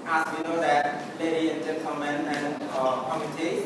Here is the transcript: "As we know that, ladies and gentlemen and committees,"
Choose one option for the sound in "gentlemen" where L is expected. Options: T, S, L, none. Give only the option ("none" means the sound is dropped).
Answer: none